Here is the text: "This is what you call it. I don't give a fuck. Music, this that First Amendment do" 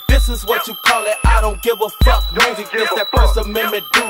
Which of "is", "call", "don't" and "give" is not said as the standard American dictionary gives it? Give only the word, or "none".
none